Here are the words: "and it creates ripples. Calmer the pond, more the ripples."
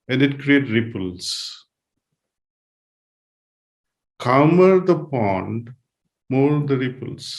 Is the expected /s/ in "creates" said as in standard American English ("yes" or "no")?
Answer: no